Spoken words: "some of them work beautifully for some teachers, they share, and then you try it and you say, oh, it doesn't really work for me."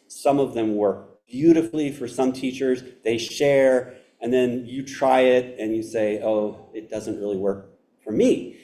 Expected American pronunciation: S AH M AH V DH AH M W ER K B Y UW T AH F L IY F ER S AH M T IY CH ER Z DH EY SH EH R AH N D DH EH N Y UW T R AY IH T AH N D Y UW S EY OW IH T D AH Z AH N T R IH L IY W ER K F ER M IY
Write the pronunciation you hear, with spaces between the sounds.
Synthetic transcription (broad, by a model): S AH M AH V DH AH M W ER K B Y UW T AH F L IY F ER S AH M T IY CH ER Z DH EY SH EH R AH N DH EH N Y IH T R AY IH T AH N Y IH S EY OW IH T D AH Z AH N T R IH L IY W ER K F ER M IY